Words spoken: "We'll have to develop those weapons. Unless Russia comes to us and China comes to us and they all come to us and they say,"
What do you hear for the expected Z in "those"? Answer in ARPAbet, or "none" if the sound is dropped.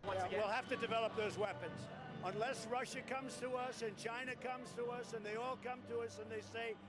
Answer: Z